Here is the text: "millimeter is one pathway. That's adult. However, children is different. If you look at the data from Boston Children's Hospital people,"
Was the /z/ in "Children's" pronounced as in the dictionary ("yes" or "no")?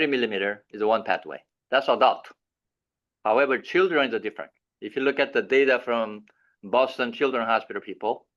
no